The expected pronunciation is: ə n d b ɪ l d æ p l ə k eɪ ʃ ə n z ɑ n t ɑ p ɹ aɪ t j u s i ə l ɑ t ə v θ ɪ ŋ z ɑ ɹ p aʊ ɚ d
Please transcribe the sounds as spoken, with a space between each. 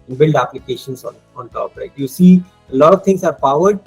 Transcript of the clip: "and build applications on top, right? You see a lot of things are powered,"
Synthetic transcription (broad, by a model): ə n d b ɪ l d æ p l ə k eɪ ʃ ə n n ɑ n t ɑ p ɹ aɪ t j u s i ə l ɑ t ə v t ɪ ŋ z ɑ ɹ p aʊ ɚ d